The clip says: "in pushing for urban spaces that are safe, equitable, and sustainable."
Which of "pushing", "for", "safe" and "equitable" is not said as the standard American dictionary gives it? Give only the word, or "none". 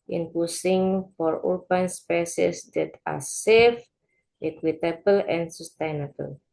pushing